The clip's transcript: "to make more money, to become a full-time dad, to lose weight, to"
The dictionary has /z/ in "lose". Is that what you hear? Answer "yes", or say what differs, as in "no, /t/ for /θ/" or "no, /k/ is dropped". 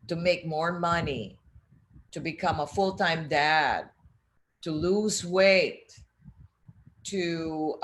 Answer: yes